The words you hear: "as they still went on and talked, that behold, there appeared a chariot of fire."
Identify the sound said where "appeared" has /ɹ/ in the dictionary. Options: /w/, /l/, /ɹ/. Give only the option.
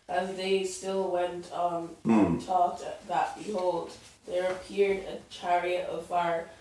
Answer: /ɹ/